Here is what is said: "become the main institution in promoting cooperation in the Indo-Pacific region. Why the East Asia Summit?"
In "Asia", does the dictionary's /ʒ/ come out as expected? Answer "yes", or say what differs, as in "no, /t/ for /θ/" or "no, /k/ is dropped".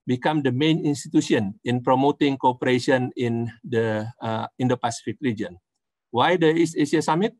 no, /s/ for /ʒ/